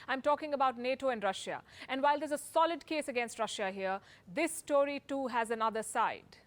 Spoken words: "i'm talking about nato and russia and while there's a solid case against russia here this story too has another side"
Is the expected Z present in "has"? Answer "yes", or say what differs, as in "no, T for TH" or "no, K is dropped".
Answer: yes